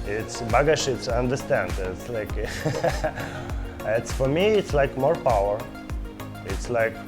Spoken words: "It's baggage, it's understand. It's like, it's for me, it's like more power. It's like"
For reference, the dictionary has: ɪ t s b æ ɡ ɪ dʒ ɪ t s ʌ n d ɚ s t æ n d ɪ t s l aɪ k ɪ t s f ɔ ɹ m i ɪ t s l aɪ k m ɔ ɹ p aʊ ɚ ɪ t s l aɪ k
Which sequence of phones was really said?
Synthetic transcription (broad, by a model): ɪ t s b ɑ ɡ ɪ ʃ ɪ t s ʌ n d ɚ s t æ n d ɪ t s l aɪ k ɪ t s f ɔ ɹ m i ɪ t s l aɪ k m ɔ ɹ p aʊ ɚ ɪ t s l aɪ k